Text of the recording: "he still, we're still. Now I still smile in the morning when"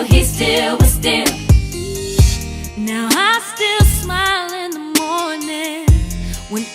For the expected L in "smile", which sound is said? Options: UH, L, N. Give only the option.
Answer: L